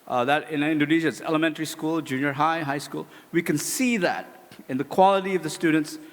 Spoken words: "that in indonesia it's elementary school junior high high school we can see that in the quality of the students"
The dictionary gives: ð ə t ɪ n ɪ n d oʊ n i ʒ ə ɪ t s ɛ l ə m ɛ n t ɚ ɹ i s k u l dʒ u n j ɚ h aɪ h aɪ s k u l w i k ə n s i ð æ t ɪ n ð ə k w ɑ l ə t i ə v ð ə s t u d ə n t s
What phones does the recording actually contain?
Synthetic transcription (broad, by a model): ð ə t ɪ n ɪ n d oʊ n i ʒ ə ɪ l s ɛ l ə m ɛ n t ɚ ɹ i s k u l dʒ u n j ɚ h aɪ h aɪ s k u l w i k ə n s i ð æ t ɪ n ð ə k w ɑ l ə t i ə v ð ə s t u d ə n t s